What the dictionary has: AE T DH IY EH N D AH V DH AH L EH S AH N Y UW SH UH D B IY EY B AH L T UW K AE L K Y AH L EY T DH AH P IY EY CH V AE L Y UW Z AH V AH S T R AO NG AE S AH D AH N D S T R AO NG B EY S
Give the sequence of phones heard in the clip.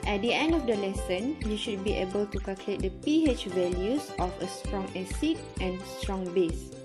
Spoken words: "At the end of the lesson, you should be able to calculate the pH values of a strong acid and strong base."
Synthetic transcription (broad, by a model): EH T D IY EH N D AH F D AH L EH S AH N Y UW SH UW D B IY EY B AH L T UW K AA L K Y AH L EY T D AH P IY EY CH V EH L Y UW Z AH F AH S T R AO NG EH S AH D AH N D S T R AO NG B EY S